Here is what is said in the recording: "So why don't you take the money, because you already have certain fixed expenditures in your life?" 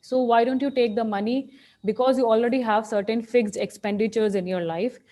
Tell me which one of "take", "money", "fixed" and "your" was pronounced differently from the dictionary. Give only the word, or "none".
fixed